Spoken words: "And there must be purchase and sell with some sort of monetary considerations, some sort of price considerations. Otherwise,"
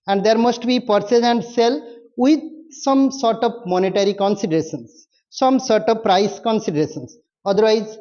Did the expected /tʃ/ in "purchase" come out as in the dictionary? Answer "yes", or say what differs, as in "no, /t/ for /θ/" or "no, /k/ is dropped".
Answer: no, /s/ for /tʃ/